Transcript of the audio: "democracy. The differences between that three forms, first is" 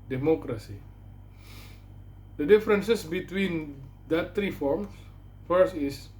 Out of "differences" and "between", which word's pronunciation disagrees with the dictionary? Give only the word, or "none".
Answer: differences